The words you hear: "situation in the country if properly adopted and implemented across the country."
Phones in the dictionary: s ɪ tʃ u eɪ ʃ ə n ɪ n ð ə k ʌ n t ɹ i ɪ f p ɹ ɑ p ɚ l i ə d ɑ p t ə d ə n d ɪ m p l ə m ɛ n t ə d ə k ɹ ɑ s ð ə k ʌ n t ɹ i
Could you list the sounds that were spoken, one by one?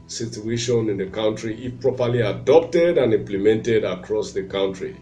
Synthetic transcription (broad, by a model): s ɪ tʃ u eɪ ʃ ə n ɪ n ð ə k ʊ n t ɹ i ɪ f p ɹ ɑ p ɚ l i ə d ɑ p t ə d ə n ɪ m p l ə m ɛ n t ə d ə k ɹ ɑ s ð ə k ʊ n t ɹ i